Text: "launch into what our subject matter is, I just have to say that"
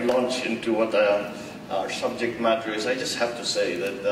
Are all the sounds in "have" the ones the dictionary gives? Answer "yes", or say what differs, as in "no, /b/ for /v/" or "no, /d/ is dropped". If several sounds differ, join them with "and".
no, /f/ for /v/